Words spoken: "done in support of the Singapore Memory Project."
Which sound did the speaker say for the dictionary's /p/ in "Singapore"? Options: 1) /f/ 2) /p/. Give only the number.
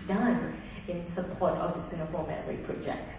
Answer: 1